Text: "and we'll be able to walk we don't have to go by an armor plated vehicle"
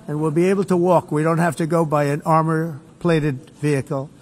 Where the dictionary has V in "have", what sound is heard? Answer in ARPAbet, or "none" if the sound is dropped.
F